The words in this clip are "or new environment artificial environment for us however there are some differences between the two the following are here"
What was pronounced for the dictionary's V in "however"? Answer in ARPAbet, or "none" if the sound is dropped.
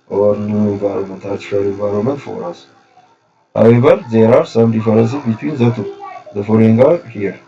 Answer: B